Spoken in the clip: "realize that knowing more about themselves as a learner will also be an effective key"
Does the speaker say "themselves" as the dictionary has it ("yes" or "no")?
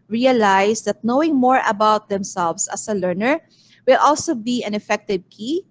no